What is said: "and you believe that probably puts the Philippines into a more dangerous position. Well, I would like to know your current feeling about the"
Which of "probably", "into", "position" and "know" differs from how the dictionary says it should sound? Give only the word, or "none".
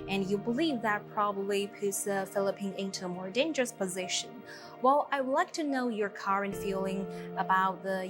none